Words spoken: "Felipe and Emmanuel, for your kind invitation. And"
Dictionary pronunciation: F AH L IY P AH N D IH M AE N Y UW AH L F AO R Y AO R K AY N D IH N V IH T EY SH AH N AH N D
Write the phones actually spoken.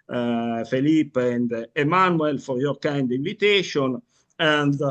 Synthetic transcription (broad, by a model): F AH L IY P AH N D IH M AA N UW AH L F AO R Y AO R K AY N D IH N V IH T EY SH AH N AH N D